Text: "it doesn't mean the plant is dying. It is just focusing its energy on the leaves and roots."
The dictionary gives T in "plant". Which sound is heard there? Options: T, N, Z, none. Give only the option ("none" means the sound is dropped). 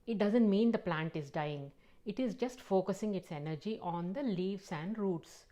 T